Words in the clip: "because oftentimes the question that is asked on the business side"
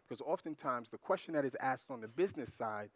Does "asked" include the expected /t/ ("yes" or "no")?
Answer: yes